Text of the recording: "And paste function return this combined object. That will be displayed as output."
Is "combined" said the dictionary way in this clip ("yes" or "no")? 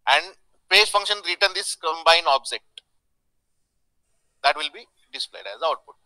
no